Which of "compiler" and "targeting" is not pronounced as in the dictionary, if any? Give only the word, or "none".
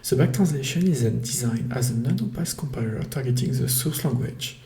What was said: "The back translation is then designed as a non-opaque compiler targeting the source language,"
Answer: none